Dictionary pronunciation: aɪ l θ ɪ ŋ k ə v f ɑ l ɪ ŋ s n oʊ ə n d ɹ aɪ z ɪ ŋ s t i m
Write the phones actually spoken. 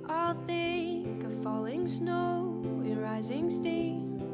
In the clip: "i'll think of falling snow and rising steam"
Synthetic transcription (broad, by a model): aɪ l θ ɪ k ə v f ɑ l ɪ ŋ s n oʊ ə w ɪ ɹ aɪ z ɪ ŋ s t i